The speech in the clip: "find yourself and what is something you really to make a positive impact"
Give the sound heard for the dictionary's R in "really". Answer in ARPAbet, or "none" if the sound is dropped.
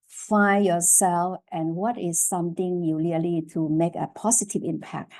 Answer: L